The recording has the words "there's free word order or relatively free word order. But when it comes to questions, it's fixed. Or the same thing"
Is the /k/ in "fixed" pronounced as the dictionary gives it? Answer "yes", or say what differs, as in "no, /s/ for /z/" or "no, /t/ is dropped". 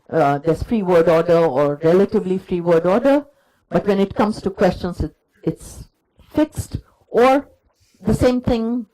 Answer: yes